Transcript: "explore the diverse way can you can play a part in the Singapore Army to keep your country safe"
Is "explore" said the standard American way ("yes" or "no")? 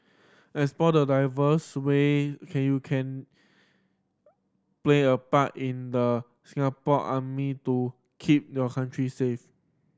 no